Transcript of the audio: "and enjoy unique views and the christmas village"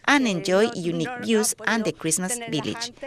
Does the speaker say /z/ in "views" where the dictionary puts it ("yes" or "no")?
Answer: no